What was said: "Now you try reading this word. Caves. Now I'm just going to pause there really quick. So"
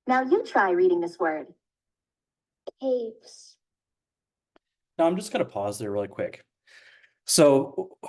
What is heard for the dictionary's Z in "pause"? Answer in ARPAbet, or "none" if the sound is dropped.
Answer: Z